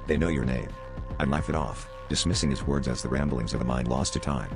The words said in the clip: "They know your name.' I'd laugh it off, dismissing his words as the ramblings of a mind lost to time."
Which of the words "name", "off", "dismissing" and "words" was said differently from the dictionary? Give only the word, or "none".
none